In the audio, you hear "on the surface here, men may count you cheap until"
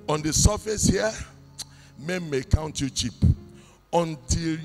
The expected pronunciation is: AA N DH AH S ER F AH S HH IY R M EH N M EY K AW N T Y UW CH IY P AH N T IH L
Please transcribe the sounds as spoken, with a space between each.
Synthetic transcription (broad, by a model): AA N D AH S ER F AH S HH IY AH M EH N M EY K AW N T Y UW CH IY P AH N T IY L